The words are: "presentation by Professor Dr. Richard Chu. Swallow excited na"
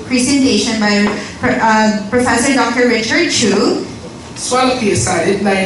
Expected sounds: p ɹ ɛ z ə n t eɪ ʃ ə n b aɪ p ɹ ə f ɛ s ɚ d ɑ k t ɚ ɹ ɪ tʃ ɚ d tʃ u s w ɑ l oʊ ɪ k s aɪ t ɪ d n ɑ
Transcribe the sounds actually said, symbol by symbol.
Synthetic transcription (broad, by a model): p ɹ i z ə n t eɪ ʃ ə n b aɪ p ɹ ə f ɛ s ɚ d ɑ k t ɚ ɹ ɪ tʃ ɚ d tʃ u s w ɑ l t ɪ s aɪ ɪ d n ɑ